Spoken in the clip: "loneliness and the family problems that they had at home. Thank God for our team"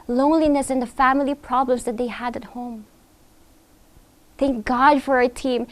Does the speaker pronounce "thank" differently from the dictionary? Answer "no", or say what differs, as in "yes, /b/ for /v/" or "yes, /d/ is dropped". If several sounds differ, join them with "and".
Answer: no